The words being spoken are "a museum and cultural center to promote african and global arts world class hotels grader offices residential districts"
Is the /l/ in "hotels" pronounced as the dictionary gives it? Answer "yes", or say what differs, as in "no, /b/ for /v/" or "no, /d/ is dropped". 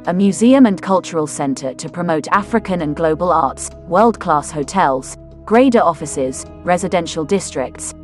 yes